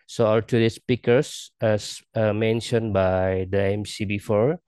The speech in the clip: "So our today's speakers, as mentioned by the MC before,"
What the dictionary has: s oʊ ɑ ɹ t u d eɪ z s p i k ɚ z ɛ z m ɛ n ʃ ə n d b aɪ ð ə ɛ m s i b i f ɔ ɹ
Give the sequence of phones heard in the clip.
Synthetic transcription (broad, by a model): s oʊ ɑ l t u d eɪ s p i k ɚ s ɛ s m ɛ n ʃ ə n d b aɪ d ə ɛ m s i b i f ɔ ɹ